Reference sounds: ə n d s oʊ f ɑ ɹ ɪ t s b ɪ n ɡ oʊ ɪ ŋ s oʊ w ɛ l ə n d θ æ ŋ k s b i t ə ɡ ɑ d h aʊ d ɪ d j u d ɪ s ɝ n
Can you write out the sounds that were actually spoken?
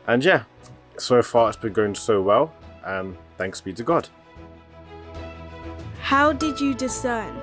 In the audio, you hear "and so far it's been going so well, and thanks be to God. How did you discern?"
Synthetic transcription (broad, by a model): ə n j s oʊ f ɑ ɹ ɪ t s b ɪ n ɡ oʊ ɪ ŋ s oʊ w ɛ l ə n θ æ ŋ k s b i t ə ɡ ɑ d h aʊ d ɪ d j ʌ d ɪ s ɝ n